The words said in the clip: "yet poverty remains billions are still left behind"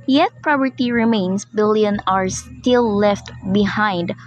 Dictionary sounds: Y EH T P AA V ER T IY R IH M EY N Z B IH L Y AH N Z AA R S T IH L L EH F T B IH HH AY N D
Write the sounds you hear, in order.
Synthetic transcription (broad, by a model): Y EH T P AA P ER T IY R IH M EY N S B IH L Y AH N AA R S T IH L L EH F T B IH HH AY N D